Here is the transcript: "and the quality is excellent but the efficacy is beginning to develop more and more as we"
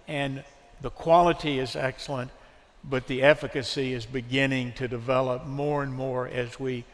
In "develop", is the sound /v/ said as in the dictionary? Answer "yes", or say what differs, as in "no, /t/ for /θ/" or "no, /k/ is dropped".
yes